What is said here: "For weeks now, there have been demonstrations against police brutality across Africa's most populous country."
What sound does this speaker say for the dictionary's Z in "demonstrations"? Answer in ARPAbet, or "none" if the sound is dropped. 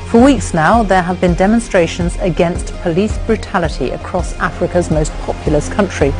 Z